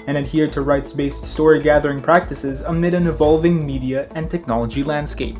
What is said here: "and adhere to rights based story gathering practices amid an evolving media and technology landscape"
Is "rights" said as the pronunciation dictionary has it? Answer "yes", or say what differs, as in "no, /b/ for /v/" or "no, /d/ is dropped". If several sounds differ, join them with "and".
yes